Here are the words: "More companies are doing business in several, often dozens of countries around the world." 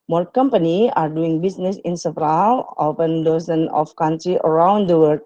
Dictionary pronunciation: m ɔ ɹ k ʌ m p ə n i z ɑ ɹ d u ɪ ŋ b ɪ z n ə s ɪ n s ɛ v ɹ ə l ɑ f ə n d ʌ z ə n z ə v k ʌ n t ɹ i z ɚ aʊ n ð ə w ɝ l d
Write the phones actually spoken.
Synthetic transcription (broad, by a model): m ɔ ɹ k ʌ m p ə n i ɑ ɹ d u ɪ ŋ b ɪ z n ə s ɪ n s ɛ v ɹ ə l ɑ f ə n d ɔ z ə n ə f k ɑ n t ɹ i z ɚ aʊ n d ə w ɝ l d